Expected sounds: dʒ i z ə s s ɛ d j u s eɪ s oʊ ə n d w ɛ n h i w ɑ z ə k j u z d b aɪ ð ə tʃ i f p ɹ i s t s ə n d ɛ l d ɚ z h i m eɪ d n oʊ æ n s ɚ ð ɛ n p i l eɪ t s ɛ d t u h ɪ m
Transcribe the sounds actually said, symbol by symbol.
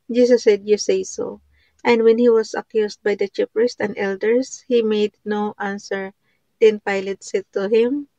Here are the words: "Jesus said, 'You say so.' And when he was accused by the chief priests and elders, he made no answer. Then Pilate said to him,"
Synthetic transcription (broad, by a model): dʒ i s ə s s ɛ d j u s eɪ s oʊ ə n d w ɛ n h i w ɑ s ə k j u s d b aɪ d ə tʃ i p ɹ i s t ə n d ɛ l d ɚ s h i m eɪ d n oʊ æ n s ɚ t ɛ n p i l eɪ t s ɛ t u h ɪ m